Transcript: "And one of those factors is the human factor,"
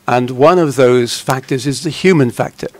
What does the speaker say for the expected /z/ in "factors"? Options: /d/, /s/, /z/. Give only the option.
/z/